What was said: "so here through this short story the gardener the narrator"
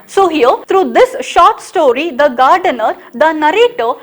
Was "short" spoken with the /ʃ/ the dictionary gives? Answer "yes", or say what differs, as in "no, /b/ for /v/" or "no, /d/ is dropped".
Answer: yes